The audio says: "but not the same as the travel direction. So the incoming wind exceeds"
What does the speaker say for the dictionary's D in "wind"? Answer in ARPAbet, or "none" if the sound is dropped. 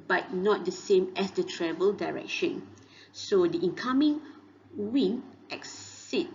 none